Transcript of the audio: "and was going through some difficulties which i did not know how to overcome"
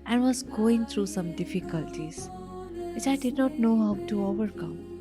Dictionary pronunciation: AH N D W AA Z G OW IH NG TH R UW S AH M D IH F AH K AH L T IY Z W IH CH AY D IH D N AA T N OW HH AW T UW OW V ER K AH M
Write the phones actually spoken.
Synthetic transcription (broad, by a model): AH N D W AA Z G OW IH NG T R UW S AH M D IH F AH K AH L T IY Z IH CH AY D IH D N AA T N OW HH AW T UW OW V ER K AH M